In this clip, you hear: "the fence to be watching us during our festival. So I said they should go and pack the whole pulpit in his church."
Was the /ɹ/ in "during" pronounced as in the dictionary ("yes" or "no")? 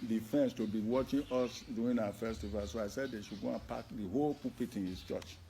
no